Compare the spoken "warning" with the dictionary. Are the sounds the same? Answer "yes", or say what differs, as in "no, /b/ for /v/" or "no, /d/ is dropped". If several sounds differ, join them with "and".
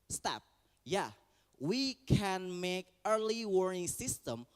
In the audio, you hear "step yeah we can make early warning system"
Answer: no, /n/ is dropped